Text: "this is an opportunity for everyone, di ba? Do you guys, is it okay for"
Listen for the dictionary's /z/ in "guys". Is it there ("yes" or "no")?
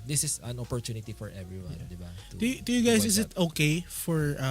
no